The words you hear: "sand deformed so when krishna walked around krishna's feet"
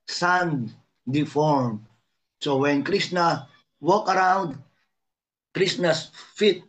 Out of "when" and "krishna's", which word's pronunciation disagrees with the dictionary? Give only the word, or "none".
krishna's